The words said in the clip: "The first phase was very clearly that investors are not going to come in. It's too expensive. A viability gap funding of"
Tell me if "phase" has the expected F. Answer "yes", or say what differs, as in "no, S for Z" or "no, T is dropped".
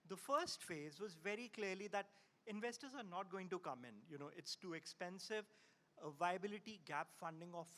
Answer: yes